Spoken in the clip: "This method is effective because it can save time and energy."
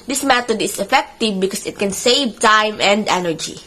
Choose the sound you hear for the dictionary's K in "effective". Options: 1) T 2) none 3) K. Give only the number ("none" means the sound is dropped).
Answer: 3